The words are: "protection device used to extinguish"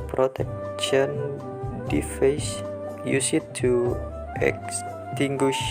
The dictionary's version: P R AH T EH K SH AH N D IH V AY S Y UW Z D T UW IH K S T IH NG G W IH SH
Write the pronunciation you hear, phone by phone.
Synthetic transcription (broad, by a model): P R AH T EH K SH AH N D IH F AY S Y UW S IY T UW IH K S T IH NG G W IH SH